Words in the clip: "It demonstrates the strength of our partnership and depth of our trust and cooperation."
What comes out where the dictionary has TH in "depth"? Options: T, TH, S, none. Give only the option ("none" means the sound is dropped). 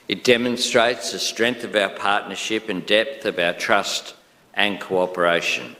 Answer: TH